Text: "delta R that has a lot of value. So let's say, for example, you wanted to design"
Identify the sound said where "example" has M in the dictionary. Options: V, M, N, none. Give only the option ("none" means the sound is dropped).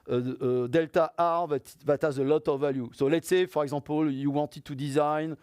none